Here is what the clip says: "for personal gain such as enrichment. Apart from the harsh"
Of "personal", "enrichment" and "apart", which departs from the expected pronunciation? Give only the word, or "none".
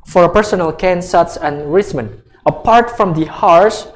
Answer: enrichment